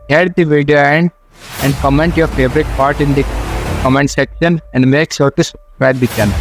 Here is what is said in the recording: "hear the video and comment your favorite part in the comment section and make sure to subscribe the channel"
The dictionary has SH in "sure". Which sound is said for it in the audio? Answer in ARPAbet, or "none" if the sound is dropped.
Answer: S